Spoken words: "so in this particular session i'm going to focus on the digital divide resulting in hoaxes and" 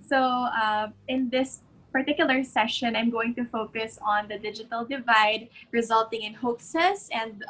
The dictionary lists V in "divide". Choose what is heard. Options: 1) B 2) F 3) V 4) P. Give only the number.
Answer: 3